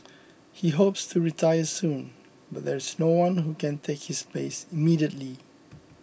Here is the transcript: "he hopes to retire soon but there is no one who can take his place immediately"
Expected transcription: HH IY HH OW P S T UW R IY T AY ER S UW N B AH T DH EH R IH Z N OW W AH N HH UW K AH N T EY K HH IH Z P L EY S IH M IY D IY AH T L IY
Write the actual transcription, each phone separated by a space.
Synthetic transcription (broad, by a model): HH IY HH OW P S T UW R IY T AY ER S UW N B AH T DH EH R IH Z N OW W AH N HH UW K AH N T EY K HH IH S P EY S IH M IY D IY AH T L IY